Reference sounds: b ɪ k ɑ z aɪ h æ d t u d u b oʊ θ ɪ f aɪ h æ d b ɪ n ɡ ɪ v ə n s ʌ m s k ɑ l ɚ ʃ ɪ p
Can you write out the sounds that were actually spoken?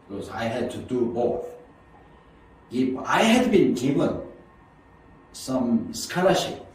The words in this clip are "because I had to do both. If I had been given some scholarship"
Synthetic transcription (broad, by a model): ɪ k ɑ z aɪ h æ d t u d u b oʊ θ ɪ p aɪ h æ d b ɪ n ɡ ɪ v ə n s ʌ m s k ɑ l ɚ ʃ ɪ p